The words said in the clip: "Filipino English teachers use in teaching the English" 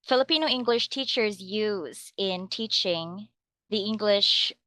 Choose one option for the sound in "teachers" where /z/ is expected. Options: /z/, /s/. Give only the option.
/z/